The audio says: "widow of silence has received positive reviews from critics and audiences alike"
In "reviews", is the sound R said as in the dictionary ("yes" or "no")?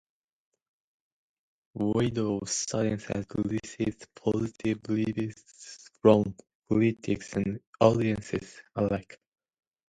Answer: no